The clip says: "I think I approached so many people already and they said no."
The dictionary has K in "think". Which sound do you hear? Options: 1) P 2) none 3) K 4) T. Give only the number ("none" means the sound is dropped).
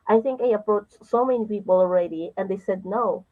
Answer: 3